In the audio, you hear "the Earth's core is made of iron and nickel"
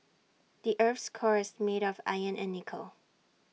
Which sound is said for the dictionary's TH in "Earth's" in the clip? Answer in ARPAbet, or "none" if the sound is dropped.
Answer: F